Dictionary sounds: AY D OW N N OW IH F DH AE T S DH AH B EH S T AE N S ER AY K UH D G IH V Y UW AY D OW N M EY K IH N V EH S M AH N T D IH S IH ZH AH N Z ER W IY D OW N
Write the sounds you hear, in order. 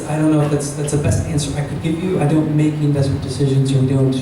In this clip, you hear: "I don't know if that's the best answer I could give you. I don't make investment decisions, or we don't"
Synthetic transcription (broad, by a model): AY D OW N N OW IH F DH AE T S DH AH B EH S T AE N S ER AY K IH D G IH V Y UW AY D OW N M EY K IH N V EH S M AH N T D IH S IH ZH AH N Z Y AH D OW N